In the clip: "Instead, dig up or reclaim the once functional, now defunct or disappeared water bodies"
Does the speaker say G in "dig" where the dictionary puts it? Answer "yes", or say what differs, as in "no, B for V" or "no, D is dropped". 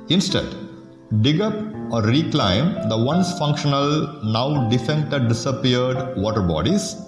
yes